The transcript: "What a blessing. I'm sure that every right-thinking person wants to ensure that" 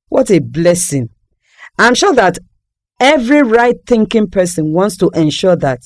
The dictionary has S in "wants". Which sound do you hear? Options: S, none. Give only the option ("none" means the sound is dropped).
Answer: S